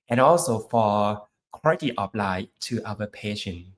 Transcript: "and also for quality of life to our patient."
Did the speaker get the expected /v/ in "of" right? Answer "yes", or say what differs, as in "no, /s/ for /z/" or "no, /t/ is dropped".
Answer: no, /p/ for /v/